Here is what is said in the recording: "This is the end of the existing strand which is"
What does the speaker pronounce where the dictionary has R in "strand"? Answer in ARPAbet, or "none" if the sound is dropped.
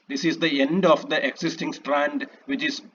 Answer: R